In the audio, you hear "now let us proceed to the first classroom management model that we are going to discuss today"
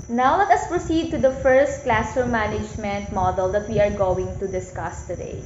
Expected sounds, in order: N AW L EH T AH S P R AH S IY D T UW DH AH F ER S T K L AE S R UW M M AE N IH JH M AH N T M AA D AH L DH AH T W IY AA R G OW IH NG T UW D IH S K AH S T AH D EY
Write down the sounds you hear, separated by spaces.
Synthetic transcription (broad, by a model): N AW L EH T AH S P R AH S IY D T UW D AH F ER S T K L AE S UW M M AE N IH JH M AH N T M AA D AH L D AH T W IY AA R G OW IH NG T UW D IH S K AH S T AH D EY